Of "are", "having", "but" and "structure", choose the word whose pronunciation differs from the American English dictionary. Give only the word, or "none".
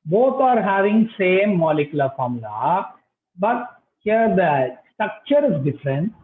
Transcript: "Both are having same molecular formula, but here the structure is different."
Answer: none